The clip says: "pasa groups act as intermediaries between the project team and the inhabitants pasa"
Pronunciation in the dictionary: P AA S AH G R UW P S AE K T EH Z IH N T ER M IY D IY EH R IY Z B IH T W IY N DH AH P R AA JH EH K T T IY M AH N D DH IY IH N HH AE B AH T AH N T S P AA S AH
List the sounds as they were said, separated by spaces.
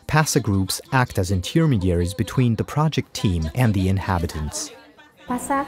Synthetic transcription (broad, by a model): P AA S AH G R UW P S AE K T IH Z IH N T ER M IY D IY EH R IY Z B IH T W IY N DH AH P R AA JH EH K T T IY M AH N DH IY IH N HH AE B AH T AH N T S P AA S